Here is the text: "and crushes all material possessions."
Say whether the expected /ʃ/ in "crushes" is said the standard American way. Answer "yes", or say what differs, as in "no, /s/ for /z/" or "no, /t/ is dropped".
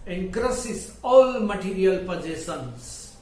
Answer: no, /s/ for /ʃ/